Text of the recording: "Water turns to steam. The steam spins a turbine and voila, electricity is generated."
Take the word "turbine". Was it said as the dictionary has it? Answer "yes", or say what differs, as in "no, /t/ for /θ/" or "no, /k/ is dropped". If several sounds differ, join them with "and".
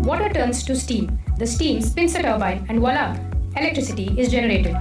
no, /n/ is dropped